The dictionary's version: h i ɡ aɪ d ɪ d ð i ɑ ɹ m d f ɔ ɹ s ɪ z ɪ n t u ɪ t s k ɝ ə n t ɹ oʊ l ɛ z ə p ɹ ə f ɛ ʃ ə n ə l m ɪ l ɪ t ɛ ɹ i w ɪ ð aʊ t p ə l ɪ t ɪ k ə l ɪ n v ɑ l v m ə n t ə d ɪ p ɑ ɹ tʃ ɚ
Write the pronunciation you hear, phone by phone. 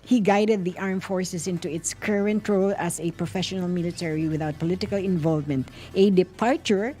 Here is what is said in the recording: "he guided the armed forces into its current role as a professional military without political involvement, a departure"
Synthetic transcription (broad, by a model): h i ɡ aɪ d ɪ d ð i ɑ ɹ m f ɔ ɹ s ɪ s ɪ n t u ɪ t s k ɝ ə n t ɹ oʊ l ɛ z ə p ɹ ə f ɛ ʃ ə n ə l m ɪ l ɪ t ɛ ɹ i w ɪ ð aʊ t p ə l ɪ t ɪ k ə l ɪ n v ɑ l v m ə n t ə d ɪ p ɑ ɹ tʃ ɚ